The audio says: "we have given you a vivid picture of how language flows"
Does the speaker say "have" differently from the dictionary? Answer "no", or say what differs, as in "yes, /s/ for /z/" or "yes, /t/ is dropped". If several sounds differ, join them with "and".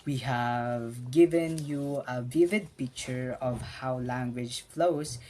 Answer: no